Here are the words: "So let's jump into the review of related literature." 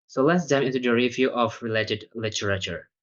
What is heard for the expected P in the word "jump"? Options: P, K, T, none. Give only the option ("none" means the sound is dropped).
none